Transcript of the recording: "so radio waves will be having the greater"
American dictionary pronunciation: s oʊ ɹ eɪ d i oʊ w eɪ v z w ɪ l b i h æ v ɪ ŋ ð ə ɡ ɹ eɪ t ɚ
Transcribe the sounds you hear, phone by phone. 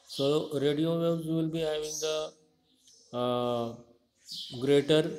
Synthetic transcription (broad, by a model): s oʊ ɹ eɪ d i oʊ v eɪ z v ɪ l b i h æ v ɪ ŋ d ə ɡ ɹ eɪ t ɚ